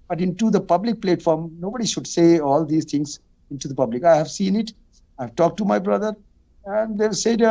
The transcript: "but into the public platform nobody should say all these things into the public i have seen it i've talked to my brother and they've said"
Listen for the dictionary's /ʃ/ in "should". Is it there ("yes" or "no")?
yes